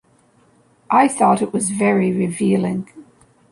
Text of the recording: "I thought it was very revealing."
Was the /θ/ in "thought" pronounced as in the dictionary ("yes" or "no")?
yes